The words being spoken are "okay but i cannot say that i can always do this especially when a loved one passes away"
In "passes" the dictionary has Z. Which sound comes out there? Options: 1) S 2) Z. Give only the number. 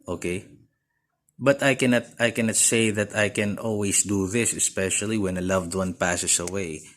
1